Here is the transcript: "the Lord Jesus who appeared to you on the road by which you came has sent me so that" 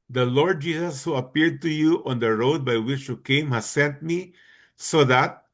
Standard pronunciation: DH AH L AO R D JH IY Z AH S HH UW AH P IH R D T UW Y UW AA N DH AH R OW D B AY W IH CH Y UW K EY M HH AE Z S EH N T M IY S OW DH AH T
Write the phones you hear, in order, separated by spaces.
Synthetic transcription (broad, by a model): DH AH L AO R D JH IY S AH S HH UW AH P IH R D T UW Y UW AA N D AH R OW D B AY W IH CH Y UW K EY M HH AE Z S EH N T M IY S OW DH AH T